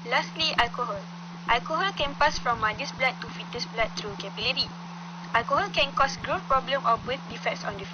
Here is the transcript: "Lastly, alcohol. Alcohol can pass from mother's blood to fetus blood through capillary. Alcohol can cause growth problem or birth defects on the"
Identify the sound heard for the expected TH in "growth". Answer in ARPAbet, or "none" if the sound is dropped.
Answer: F